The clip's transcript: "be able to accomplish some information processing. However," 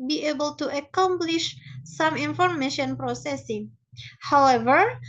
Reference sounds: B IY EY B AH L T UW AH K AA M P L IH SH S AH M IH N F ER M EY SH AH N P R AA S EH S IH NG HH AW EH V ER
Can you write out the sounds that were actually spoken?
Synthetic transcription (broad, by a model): B IY EY B AH L T UW AH K AA M P L IH SH S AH M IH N F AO M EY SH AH N P R AA S EH S IH NG HH AW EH V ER